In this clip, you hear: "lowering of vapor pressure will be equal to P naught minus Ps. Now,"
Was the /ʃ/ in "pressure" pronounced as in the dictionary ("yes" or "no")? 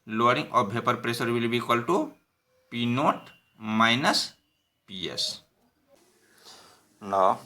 no